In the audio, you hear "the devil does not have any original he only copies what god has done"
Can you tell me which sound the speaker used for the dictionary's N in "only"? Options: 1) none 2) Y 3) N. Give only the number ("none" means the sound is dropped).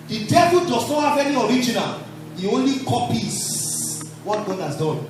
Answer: 3